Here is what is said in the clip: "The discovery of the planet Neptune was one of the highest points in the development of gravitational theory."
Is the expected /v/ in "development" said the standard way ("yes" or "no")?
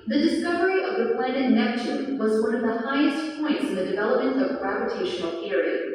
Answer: yes